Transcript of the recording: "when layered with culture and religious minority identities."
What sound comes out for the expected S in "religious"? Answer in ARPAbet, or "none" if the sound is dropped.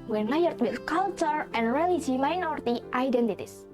none